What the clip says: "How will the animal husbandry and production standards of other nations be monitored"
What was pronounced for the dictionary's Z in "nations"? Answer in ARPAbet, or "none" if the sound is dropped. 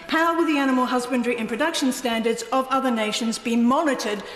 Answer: Z